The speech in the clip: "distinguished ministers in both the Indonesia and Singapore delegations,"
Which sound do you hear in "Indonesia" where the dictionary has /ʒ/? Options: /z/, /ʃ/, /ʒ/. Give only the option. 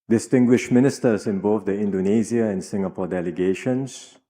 /z/